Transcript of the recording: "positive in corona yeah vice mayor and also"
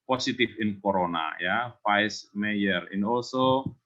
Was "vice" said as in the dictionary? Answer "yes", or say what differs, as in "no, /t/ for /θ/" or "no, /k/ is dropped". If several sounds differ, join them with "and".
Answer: no, /f/ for /v/